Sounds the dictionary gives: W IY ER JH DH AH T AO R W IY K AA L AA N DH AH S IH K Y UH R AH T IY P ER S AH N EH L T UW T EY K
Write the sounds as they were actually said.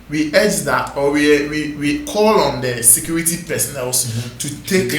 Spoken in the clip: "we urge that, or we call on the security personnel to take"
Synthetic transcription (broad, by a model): W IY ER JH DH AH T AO W W IY K AA L AA N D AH S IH K Y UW R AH T IY P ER S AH N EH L T UW T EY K